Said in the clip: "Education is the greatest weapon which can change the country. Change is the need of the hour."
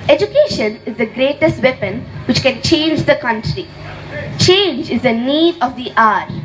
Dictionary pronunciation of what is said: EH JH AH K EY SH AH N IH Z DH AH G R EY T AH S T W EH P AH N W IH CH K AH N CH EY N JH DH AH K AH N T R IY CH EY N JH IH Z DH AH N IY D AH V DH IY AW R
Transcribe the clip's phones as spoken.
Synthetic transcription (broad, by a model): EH JH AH K EY SH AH N IH Z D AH G R EY T AH S T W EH P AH N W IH CH K AH N CH EY N JH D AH K AH N T R IY CH EY N JH IH Z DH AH N IY D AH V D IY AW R